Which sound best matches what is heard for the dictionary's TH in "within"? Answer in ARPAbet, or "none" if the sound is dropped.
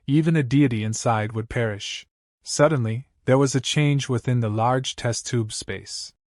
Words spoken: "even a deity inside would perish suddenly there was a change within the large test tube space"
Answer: TH